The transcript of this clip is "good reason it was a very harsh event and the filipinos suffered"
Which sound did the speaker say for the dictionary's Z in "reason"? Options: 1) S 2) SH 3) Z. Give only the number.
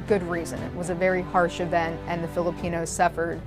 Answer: 3